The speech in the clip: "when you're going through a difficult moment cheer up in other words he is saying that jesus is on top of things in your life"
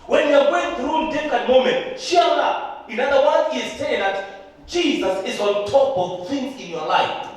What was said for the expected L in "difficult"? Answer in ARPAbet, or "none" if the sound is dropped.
none